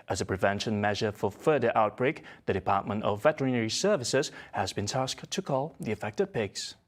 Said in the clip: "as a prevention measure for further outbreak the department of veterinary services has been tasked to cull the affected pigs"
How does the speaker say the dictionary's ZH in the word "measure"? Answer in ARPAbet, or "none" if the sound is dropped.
ZH